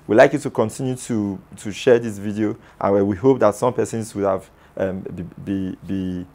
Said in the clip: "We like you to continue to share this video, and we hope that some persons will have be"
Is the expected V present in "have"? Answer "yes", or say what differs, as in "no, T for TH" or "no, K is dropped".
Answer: no, B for V